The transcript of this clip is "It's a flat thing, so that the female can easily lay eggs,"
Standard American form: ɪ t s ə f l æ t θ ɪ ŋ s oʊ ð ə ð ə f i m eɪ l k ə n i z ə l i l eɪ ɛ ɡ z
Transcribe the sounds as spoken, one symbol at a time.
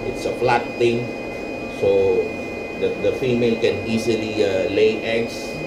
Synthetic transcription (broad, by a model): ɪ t s ə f l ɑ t t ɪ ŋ s oʊ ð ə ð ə f i m eɪ l k ə n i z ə l i l eɪ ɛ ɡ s